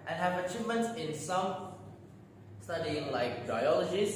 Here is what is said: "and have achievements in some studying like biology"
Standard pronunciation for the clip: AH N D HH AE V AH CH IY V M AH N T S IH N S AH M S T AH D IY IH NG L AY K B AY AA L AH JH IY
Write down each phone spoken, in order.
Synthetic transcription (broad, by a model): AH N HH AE V AH CH IY V M AH N T S IH N S AH M S T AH D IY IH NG L AY K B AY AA L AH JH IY